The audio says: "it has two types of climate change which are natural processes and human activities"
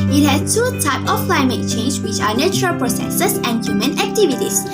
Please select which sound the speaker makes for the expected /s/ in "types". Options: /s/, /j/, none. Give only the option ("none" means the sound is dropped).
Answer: none